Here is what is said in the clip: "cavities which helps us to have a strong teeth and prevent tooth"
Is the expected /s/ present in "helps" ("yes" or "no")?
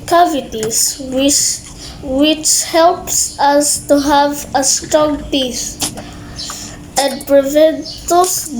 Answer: yes